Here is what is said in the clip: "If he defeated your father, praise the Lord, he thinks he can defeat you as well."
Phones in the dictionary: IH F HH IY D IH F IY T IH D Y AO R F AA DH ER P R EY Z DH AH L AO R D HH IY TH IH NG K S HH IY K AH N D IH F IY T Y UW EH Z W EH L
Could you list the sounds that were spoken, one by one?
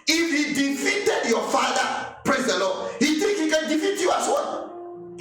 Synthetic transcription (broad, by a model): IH F HH IY D IH F IY T IH D Y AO F AA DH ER P R EY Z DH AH L AO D HH IY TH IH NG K HH IY K AH N D IH F IY T Y UW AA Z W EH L